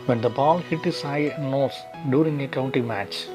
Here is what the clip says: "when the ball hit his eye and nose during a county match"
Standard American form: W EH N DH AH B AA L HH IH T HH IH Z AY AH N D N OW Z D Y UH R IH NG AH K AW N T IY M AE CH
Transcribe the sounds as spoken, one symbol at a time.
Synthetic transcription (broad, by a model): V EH N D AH B AA L HH IH T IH S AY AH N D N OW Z D Y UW R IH NG AH K AW N T IY M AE CH